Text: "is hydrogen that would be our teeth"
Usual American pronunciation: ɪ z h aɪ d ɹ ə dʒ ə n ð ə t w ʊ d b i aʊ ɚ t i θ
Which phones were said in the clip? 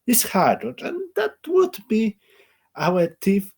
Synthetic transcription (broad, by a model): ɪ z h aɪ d ə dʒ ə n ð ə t w ʊ d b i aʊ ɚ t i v